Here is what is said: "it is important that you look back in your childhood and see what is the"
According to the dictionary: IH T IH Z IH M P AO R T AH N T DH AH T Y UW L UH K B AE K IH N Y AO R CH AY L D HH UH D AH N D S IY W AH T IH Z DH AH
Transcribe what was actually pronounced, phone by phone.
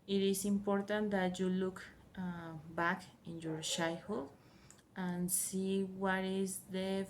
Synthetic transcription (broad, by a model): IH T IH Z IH M P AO R T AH N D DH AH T Y UW L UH K B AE K IH N Y AO R SH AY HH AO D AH N S IY W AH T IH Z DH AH